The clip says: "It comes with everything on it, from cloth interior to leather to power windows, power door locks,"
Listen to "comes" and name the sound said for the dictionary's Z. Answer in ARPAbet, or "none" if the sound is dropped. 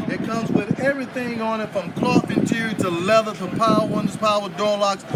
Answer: Z